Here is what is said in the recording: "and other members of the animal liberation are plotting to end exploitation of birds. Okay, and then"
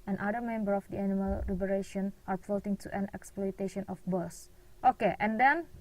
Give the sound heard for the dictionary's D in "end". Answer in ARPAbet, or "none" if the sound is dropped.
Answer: none